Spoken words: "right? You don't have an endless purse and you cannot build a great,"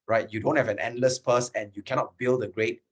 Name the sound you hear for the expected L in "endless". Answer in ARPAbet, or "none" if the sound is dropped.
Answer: L